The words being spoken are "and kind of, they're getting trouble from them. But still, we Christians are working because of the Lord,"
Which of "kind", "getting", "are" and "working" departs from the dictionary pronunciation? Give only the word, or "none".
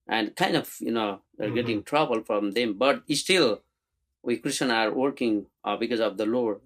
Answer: none